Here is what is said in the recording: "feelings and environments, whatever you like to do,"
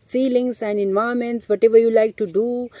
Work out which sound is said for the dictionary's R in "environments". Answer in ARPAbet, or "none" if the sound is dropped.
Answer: none